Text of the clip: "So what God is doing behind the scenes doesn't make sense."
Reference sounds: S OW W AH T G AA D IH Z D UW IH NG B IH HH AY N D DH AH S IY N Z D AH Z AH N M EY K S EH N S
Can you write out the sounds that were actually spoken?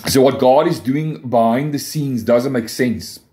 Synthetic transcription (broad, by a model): S OW W AH T G AA D IH Z D UW IH NG B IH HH AY N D DH AH S IY N Z D AH Z AH N M EY K S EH N S